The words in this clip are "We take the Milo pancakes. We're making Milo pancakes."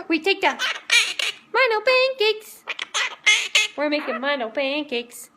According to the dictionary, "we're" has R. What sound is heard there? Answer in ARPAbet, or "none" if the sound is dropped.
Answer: R